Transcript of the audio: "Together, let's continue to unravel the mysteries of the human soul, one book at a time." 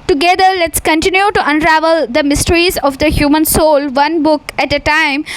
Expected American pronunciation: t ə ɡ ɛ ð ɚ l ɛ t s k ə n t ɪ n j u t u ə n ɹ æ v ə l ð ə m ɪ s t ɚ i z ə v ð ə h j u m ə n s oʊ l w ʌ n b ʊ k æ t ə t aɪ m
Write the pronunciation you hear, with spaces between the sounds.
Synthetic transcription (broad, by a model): t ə ɡ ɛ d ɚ l ɛ t s k ə n t ɪ n j u t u ə n ɹ æ v ə l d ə m ɪ s t ɚ i z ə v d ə h j u m ə n s oʊ l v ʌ n b ʊ k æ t ə t aɪ m